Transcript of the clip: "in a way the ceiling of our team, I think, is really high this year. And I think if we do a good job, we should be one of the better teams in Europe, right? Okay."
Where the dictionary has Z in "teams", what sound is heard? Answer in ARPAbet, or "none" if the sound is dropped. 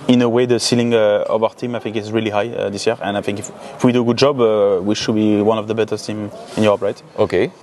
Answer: none